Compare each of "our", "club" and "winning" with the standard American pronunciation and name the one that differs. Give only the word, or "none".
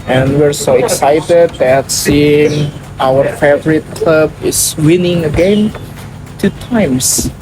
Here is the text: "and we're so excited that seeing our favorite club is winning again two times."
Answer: none